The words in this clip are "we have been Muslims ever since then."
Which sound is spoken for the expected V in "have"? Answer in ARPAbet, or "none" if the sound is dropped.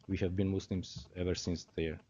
V